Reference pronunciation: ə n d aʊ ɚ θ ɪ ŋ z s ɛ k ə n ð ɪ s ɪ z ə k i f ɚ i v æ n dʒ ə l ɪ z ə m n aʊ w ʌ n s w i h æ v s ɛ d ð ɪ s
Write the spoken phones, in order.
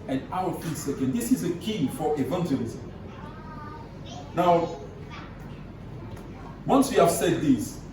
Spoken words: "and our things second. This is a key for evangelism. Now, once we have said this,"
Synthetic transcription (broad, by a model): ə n aʊ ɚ f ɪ s ɛ k ə n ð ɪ s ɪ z ə k i f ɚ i v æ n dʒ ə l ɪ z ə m n aʊ w ʌ n s w i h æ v s ɛ d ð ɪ s